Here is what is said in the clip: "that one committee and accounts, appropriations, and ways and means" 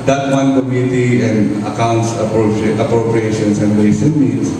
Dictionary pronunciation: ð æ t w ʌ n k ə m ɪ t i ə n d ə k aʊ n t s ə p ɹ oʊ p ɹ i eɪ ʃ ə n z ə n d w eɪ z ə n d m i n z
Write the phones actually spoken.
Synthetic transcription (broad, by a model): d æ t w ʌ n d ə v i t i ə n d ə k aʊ n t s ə p ɹ oʊ p ɹ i eɪ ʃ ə n s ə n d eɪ s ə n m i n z